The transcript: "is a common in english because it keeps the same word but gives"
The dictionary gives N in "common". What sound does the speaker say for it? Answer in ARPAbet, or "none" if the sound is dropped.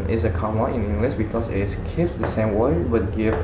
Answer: none